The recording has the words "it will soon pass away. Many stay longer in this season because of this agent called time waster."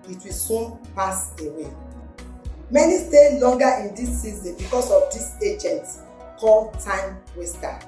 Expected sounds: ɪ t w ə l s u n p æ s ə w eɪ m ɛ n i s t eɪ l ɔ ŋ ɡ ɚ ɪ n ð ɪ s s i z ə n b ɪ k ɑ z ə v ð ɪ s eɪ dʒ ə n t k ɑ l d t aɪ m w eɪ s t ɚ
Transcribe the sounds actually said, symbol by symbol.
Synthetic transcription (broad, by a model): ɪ t w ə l s u n p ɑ s ə w eɪ m ɛ n i s t eɪ l ɔ ŋ ɡ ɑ ɪ n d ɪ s s i z ə n b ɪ k ɑ s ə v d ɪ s eɪ dʒ ə n t k ɑ l t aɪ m w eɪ s t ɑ